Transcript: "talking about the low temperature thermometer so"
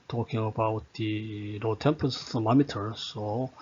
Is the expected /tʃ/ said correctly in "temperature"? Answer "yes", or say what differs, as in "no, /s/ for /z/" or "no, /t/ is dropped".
no, /s/ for /tʃ/